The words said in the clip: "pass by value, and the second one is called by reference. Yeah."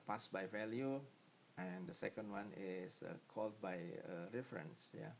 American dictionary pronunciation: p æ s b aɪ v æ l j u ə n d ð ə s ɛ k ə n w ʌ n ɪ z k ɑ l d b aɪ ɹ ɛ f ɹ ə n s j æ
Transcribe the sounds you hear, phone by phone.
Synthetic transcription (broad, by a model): p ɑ s b aɪ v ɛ l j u ə n d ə s ɛ k ə n w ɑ n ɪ s k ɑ l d b aɪ ɹ ɛ f ɹ ə n s j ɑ